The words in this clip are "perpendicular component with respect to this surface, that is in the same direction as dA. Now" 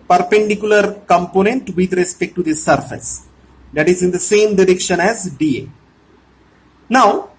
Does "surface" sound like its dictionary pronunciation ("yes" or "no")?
yes